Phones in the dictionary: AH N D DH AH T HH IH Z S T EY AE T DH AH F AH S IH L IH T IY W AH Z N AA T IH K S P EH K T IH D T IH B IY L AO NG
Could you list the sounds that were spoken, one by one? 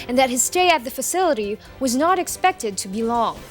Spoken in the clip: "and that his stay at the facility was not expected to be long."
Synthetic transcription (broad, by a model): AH N DH AH T HH IH Z S T EY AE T DH AH F AH S IH L IH T IY W AH Z N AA T IH K S P EH K T IH D T IH B IY L AO NG